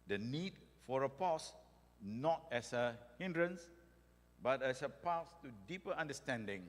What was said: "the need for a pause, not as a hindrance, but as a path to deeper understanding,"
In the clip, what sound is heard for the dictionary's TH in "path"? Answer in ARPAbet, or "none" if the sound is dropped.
S